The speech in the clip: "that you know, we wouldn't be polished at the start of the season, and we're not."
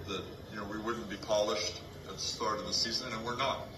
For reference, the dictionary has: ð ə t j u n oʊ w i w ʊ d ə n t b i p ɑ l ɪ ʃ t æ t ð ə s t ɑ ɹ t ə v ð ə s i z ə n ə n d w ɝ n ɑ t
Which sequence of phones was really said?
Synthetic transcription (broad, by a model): ð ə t j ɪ n oʊ w i w ʊ d n b i p ɑ l ɪ ʃ t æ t ð ə s t ɑ ɹ t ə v ð ə s i z ə n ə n w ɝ n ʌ t